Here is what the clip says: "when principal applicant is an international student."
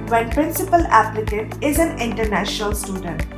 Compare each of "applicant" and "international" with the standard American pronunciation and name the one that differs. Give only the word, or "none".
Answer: applicant